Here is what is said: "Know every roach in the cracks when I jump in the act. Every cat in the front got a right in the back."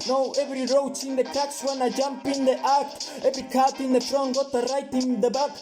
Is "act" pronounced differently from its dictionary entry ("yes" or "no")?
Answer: yes